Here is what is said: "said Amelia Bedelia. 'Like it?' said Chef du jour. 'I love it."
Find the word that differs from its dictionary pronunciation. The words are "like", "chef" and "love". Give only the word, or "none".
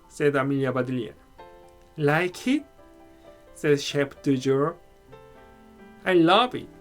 chef